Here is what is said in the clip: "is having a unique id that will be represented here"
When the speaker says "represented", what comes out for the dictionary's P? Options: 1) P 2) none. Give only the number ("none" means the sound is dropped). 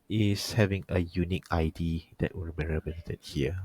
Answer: 2